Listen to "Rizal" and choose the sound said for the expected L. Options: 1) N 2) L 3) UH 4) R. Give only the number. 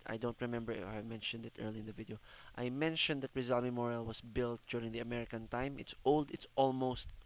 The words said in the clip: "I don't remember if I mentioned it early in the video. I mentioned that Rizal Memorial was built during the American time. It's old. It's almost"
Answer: 2